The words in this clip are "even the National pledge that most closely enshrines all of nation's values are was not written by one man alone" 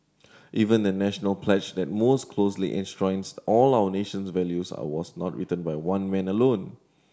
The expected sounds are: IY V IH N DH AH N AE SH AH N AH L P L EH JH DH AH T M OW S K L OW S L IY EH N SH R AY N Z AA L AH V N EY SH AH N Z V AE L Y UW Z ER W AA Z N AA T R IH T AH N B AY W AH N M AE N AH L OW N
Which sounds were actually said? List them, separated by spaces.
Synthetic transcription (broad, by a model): IY V IH N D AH N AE SH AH N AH L P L EH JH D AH T M OW S K L OW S L IY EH N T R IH N S AA L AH W N EY SH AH N S V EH L Y UW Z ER W AA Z N AA T R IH T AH N B AY W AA N M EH N AH L OW N